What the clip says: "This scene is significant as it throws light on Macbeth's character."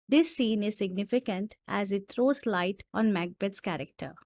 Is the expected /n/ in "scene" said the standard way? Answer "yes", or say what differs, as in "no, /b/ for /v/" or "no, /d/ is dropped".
yes